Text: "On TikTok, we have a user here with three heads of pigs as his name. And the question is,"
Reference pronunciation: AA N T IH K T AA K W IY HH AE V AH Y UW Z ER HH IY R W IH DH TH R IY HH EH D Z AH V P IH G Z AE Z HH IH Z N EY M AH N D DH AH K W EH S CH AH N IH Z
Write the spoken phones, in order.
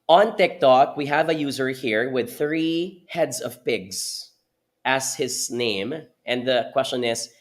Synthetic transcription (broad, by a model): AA N T IH K T AA K W IY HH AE V AH Y UW Z ER HH IY R W IH DH TH R IY HH EH D Z AH V P IH G Z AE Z HH IH Z N EY M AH N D DH AH K W EH S CH AH N IH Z